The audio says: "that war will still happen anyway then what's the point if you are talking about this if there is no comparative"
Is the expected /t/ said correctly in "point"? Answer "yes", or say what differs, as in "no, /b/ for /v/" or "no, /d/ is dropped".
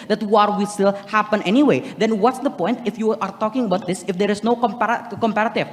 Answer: yes